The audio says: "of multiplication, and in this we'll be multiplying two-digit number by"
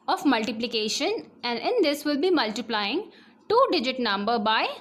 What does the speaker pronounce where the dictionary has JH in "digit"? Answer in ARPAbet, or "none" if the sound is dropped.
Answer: JH